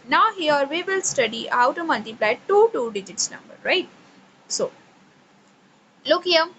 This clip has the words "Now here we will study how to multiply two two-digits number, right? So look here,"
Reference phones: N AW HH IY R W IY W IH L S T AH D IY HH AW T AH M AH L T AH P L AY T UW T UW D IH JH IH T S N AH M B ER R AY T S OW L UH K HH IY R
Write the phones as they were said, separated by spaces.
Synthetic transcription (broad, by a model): N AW HH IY R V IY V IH L S T AH D IY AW T AH M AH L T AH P L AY T UW T UW D IH JH IH T S N AH M B ER R AY T S OW L UH K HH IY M